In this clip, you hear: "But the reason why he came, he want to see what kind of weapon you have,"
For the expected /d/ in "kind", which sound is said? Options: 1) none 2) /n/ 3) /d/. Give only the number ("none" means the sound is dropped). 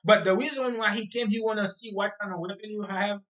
1